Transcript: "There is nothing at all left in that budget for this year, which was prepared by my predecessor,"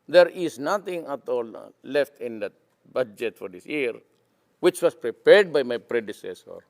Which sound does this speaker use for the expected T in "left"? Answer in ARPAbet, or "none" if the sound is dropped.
T